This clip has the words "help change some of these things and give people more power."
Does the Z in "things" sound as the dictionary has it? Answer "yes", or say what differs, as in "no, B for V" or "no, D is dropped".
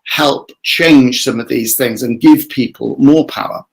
yes